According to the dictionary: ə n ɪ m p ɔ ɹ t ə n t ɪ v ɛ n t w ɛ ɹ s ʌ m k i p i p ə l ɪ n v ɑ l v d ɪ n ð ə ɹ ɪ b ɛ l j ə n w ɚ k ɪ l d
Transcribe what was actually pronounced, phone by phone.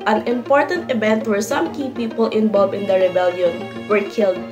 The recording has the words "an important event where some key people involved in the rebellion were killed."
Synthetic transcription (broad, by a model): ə n ɪ m p ɔ ɹ t ə n t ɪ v ɛ n t w ɛ ɹ s ʌ m k i p i p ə l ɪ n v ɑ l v ɪ n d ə ɹ ɪ b ɛ l j ə n w ɚ k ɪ l d